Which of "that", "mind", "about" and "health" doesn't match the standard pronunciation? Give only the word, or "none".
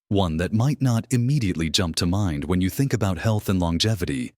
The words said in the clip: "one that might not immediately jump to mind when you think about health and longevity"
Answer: none